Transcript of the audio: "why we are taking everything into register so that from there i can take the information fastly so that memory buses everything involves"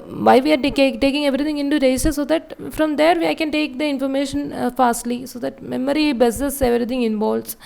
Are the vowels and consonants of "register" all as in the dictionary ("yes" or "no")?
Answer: no